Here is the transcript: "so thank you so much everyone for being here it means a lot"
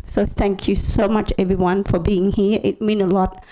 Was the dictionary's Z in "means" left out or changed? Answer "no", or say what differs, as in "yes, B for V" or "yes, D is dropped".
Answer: yes, Z is dropped